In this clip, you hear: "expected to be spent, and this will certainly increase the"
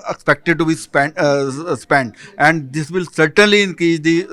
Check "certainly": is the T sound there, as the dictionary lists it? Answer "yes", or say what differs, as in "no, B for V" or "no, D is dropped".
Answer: yes